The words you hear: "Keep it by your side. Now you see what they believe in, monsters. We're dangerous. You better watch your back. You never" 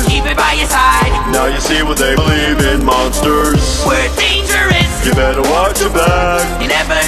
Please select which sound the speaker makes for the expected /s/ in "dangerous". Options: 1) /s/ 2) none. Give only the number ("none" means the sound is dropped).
2